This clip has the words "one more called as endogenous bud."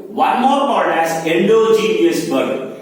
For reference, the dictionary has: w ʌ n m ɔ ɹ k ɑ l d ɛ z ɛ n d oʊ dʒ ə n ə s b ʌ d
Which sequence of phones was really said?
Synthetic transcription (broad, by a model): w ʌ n m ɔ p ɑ d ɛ s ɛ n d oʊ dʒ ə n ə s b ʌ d